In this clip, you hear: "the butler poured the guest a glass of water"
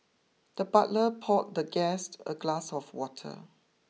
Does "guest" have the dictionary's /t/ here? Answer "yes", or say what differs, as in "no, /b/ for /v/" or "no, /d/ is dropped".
yes